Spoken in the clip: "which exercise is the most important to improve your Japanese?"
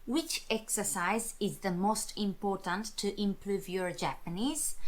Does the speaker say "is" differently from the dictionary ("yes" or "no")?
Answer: no